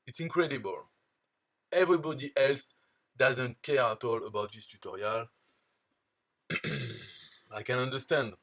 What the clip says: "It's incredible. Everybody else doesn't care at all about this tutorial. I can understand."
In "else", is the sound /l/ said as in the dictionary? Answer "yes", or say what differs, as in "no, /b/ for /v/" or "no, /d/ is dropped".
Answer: yes